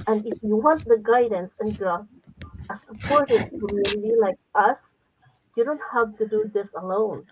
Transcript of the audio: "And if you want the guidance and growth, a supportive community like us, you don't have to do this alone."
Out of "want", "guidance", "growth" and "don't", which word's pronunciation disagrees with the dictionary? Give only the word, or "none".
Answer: growth